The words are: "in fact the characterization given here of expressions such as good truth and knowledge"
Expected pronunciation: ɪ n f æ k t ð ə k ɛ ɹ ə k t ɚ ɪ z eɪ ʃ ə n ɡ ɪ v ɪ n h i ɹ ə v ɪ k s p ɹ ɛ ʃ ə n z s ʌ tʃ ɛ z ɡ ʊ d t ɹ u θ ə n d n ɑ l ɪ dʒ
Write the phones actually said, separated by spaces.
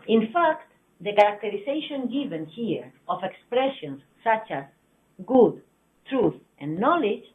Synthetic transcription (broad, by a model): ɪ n f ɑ k t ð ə k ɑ ɹ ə k t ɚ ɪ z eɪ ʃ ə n ɡ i v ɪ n h i ɹ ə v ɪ k s p ɹ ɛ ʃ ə n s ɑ tʃ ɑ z ɡ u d t ɹ u θ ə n n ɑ l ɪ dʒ